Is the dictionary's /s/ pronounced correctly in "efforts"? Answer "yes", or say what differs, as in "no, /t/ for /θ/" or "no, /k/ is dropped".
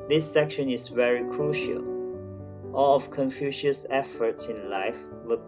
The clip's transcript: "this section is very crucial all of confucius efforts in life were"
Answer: yes